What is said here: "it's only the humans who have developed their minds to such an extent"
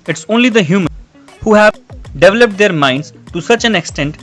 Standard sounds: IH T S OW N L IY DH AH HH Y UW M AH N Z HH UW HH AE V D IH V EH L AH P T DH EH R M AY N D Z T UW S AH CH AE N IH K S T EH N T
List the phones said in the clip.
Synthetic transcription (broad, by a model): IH T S OW N L IY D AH HH Y UW M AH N HH UW HH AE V D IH V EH L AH P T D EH R M AY N D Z T UW S AH CH AE N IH K S T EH N T